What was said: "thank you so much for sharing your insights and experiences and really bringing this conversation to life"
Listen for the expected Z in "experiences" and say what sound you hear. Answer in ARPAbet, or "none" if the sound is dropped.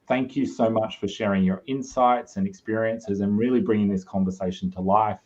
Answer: Z